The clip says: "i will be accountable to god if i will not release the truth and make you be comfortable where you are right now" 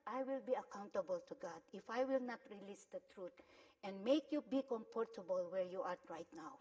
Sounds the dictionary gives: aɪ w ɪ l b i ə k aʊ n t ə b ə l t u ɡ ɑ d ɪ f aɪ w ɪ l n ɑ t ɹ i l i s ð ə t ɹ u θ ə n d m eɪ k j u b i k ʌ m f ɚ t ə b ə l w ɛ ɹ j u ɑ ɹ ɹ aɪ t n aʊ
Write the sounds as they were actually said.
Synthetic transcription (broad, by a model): aɪ w ɪ l b i ə k aʊ n t ə b ə l t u ɡ ɑ d ɪ f aɪ w ɪ l n ɑ t ɹ i l i s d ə t ɹ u t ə n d m eɪ k j u b i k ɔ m p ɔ t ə b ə l w ɛ ɹ j u ɑ ɹ ɹ aɪ t n aʊ